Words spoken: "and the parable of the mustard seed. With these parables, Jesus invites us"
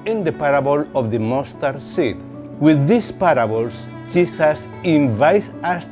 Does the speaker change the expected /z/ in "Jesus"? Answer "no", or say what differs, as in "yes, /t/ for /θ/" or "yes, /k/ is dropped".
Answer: yes, /s/ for /z/